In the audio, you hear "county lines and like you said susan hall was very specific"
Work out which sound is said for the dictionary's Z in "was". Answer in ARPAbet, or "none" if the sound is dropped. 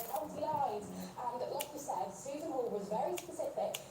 Z